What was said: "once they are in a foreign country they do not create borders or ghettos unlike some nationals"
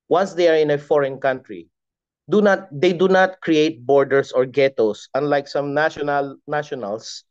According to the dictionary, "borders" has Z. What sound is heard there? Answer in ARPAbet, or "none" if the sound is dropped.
S